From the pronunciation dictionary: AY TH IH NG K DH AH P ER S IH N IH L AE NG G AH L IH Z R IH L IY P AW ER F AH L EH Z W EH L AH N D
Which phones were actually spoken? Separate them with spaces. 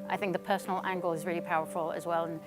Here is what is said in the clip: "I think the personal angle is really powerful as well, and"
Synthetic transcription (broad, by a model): AY TH IH NG K DH AH P ER S N L AE NG G AH L IH Z R IH L IY P AW ER F AH L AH Z W EH L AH N